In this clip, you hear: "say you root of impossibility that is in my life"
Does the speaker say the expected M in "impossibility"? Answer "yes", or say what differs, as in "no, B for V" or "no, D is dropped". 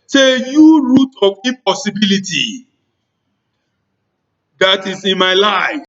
no, M is dropped